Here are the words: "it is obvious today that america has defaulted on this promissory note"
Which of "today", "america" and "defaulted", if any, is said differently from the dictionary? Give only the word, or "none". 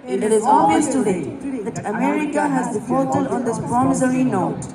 defaulted